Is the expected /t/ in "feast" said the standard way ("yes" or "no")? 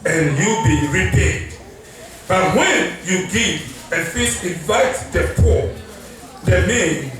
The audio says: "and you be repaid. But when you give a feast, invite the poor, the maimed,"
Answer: no